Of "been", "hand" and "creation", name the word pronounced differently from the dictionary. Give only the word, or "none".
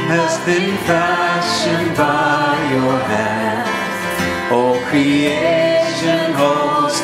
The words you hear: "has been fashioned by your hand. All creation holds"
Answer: hand